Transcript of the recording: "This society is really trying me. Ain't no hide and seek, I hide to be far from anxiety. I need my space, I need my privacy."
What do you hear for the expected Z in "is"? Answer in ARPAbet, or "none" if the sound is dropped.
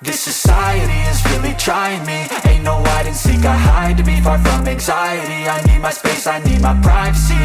Z